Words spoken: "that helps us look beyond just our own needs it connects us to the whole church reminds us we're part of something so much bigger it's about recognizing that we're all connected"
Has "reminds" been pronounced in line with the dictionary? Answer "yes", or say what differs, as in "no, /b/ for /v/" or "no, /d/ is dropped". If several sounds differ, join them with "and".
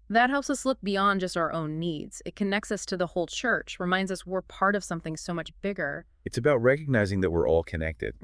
yes